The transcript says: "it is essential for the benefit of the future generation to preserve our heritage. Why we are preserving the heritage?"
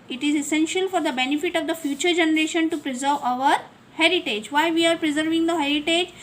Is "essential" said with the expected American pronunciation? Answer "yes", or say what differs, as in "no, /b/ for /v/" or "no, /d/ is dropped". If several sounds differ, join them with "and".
yes